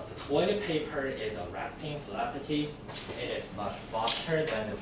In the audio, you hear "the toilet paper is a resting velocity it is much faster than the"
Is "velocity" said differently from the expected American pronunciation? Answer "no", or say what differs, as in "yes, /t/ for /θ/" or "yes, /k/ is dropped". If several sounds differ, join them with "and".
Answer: yes, /f/ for /v/